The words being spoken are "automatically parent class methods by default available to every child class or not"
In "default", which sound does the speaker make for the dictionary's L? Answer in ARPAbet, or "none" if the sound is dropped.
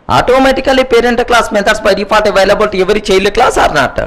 none